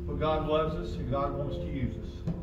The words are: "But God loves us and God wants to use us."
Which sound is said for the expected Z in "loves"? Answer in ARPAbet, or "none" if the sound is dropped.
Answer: Z